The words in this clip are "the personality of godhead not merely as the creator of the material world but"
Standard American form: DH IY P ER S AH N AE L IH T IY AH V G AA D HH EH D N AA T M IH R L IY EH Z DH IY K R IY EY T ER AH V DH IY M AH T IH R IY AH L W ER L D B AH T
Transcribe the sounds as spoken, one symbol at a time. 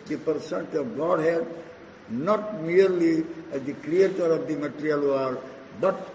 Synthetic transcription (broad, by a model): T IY P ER S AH N T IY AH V G AA D HH EH D N AA T M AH R L IY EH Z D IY K R IY EY T ER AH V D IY M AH T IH R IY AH L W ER D B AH T